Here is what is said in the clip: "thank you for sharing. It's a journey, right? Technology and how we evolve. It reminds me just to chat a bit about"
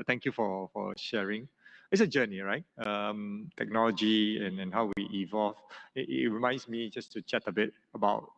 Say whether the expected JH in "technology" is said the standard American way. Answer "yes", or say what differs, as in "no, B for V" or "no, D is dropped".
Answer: yes